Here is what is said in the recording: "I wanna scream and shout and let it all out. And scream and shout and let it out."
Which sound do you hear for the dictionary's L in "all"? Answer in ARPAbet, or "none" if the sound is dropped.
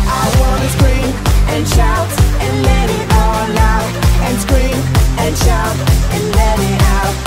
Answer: N